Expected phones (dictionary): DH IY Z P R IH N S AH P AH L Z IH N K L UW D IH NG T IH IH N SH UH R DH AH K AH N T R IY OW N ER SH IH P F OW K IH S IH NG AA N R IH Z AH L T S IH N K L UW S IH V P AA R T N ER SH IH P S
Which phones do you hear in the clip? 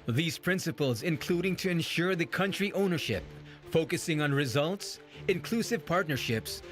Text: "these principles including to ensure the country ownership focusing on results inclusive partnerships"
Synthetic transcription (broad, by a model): DH IY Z P R IH N S AH P AH L Z IH N K L UW D IH NG T IH IH N SH UH R DH AH K AH N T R IY OW N ER SH IH P F OW K IH S IH NG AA N R IH Z AH L T S IH N K L UW S IH V P AA R T N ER SH IH P S